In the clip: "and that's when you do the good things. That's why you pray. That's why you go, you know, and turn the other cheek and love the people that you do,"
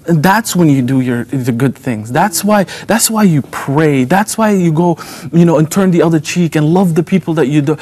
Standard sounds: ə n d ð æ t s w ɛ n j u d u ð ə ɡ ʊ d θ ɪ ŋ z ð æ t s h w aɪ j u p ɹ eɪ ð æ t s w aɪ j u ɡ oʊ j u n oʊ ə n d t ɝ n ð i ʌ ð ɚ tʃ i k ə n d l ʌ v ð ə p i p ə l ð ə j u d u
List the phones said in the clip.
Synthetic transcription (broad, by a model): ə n ð æ t s w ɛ n j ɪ d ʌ ð ə ɡ ʊ d θ ɪ ŋ z ð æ t s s w aɪ j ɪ p ɹ eɪ ð æ t s w aɪ j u ɡ oʊ j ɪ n oʊ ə n t ɝ n ð i ʌ ð ɚ tʃ i k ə n l ʌ v ð ə p i p l ð ə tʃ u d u